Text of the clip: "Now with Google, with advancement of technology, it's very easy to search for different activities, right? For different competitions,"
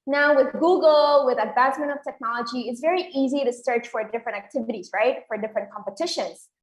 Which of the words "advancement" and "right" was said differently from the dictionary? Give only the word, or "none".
none